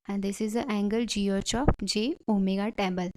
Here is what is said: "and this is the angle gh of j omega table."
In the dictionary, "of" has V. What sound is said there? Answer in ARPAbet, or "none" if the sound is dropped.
P